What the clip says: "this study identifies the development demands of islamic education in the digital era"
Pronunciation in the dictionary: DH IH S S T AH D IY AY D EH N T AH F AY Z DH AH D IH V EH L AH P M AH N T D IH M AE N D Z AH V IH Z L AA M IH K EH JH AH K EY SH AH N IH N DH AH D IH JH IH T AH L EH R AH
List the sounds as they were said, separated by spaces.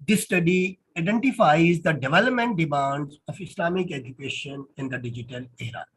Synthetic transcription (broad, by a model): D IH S S T AH D IY AY D EH N T AH F AY Z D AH D IH V EH L AH P M AH N T D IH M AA N D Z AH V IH S L AA M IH K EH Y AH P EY SH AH N IH N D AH D IH JH IH T AH L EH R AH